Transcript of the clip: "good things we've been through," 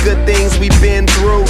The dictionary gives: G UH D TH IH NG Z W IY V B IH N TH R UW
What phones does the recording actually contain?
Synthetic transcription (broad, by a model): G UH D TH IH NG Z W IY V B IH N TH R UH